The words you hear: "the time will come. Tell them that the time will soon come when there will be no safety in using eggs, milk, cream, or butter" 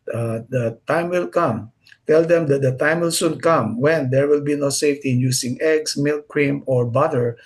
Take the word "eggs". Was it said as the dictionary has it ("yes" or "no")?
no